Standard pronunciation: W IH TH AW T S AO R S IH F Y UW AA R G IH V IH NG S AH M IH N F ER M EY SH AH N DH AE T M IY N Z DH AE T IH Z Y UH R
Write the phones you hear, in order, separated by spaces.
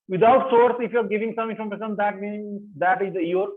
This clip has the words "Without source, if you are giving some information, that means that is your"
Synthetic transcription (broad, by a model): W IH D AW T S AO R S IH F Y UW AA R G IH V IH NG S AH M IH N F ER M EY S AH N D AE T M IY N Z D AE T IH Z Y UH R